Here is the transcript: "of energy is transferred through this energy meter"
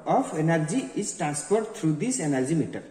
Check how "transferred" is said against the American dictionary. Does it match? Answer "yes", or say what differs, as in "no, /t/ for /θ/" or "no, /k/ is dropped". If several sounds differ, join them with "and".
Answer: no, /p/ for /f/